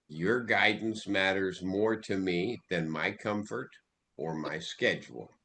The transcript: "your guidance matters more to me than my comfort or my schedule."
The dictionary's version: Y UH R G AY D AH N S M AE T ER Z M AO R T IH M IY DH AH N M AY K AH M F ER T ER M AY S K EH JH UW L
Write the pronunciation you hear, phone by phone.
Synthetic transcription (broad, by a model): Y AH R G AY D N S M AE T ER Z M AO R T IH M IY DH AH N M AY K AH M F ER T ER M AY S K EH JH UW L